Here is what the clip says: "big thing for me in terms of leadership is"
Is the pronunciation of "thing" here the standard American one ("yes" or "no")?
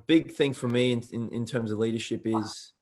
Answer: yes